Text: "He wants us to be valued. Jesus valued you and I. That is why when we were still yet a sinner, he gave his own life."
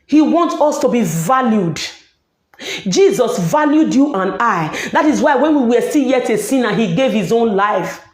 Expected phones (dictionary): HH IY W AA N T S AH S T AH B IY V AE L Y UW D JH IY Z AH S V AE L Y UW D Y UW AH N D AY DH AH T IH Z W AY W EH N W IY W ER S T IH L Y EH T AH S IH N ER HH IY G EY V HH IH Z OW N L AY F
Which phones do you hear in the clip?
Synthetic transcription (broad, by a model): HH IY W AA N T AO S T AH B IY V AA L Y UW D JH IY Z AH S V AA L Y UW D Y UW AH N AY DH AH T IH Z W AY W EH N W IY W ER S T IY L Y EH T AH S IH N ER HH IY G EY V HH IH Z OW N L AY F